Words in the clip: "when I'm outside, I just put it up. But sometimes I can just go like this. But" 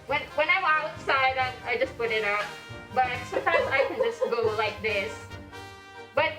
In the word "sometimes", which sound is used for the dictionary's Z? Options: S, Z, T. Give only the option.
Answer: Z